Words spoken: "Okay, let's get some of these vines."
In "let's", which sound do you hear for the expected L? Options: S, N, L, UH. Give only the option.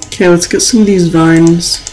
L